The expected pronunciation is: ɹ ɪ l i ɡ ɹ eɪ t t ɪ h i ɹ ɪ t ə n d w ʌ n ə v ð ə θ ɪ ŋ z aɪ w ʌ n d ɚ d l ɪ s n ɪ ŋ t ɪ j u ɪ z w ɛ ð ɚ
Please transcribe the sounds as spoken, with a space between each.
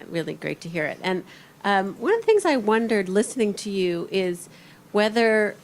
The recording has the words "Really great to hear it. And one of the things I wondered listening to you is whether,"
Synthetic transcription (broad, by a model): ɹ ɪ l i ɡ ɹ eɪ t t ɪ h i ɹ ɪ t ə n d w ʌ n ə v ð ə θ ɪ ŋ z aɪ w ʌ n d ɚ d l ɪ s n ɪ ŋ t ɪ j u ɪ z w ɛ ð ɚ